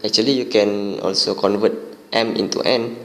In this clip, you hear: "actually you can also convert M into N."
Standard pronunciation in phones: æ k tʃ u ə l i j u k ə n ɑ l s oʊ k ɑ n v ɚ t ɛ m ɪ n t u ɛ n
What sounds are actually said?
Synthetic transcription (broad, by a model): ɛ k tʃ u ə l i j u k ə n ɑ l s oʊ k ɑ n v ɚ t ɛ m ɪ n t u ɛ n